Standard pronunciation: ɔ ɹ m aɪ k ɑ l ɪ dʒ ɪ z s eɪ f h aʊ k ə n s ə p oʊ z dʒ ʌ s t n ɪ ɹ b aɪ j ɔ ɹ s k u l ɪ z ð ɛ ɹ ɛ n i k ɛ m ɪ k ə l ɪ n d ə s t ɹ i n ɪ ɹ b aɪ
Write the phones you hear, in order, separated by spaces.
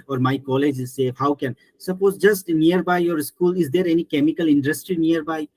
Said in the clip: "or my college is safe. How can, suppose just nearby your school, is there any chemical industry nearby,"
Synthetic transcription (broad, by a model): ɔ ɹ m aɪ k ɑ l ɪ dʒ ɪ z s eɪ h aʊ k ə n s ə p oʊ z dʒ ʌ s t n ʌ ɹ b aɪ j ɔ ɹ s k u l ɪ z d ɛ ɹ ɛ n i k ɛ m ɪ k ə l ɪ n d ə s t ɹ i n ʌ ɹ b aɪ